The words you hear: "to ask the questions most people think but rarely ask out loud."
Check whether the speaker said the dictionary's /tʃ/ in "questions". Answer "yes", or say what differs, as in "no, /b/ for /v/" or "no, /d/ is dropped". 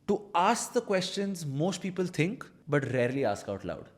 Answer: yes